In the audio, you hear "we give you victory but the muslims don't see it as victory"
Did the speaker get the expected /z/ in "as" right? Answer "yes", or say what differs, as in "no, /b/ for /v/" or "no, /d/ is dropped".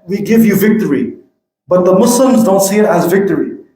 yes